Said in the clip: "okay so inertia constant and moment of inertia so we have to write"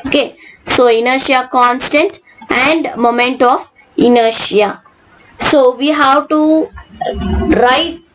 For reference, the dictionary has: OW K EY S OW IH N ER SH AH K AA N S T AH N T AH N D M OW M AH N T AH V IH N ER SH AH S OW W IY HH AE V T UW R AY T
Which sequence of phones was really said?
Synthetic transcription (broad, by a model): OW K EY S OW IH N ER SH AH K AA N S T AH N T AH N D M OW M AH N T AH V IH N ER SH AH S OW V IY HH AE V T UW R AY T